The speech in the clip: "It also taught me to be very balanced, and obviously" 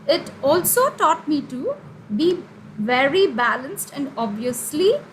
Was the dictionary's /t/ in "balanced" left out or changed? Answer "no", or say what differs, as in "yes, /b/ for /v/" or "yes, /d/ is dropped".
no